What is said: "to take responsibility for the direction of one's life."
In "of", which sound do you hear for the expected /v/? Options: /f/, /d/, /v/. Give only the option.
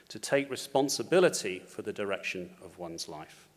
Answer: /v/